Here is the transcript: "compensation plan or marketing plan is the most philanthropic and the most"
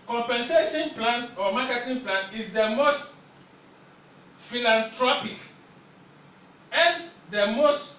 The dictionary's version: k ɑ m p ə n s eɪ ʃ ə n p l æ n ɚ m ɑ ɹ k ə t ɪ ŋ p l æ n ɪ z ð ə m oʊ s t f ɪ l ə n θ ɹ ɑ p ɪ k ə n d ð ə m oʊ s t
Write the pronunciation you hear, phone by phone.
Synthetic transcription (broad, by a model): k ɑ m p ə n s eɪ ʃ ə n p l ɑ n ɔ m ɑ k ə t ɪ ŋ p l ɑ n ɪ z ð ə m oʊ s t f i l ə n t ɹ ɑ p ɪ k ə n d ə m oʊ s t